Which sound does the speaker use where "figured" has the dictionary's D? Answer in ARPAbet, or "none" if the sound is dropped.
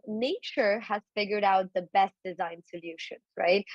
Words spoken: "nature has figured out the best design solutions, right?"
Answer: D